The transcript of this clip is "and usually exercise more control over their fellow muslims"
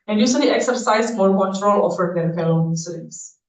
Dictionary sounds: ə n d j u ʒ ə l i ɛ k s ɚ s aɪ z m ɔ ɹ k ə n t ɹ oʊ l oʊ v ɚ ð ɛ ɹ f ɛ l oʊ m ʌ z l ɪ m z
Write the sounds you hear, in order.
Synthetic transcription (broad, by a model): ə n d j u s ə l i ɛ k s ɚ s aɪ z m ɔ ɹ k ə n t ɹ oʊ l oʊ f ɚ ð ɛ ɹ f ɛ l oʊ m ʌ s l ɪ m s